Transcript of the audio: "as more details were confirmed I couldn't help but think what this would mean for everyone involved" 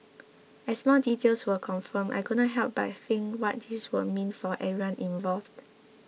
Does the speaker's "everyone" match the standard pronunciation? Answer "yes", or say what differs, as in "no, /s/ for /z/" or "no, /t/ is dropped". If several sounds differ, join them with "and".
no, /v/ is dropped